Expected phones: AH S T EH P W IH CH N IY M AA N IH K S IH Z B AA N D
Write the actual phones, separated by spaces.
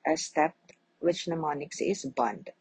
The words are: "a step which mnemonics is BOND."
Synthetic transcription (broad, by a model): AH S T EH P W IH CH N IY M AA N IH K S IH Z B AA N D